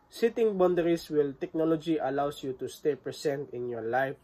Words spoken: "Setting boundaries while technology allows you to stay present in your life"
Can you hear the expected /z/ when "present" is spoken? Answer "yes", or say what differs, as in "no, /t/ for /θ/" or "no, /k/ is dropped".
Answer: no, /s/ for /z/